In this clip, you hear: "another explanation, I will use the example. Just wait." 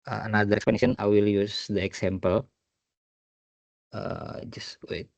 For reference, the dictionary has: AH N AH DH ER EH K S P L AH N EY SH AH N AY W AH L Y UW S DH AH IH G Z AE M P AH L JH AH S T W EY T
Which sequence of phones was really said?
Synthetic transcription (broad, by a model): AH N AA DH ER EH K S P AH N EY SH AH N AY W AH L Y UW S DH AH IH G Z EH M P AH L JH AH S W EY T